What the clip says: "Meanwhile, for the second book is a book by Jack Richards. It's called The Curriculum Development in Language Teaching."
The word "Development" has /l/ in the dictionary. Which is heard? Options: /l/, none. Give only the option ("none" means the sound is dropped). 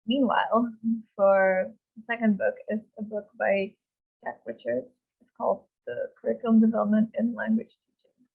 /l/